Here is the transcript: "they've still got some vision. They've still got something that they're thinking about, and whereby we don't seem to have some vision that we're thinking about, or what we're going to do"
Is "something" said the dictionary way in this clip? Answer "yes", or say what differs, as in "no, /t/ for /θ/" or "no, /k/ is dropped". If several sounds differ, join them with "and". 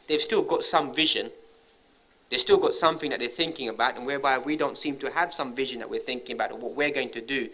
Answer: yes